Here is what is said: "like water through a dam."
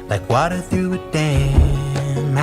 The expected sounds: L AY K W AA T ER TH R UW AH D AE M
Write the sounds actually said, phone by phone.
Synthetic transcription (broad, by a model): L AY K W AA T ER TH UW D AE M